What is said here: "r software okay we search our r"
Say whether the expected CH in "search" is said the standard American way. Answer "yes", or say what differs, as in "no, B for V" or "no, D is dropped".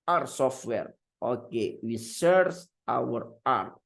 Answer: no, S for CH